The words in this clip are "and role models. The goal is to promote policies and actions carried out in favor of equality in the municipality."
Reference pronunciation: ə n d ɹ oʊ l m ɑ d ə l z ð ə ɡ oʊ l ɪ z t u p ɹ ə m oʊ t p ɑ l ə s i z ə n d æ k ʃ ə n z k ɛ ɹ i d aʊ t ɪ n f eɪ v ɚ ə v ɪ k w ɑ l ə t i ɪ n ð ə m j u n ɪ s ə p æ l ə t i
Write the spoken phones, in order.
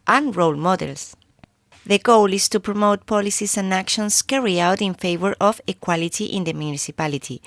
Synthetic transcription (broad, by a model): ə n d ɹ oʊ l m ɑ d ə l s ð ə ɡ oʊ l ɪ s t u p ɹ ə m oʊ t p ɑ l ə s i s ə n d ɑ k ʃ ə n s k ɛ ɹ i aʊ t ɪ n f eɪ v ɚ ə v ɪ k w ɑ l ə t i ɪ n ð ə m j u n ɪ s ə p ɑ l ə t i